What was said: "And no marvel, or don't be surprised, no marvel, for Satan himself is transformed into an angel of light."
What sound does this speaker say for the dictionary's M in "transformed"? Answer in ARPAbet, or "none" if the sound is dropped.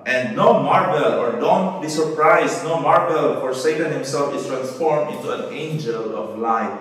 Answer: M